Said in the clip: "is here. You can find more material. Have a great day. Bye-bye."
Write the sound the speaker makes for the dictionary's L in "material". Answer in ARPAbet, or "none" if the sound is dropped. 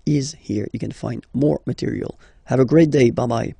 L